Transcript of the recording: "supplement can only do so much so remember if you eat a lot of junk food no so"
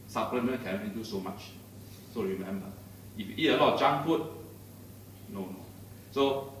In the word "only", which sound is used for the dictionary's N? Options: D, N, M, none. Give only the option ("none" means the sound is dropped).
none